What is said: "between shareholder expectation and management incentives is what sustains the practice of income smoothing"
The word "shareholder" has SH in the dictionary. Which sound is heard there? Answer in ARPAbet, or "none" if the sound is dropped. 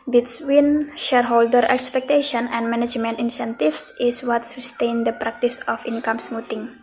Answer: SH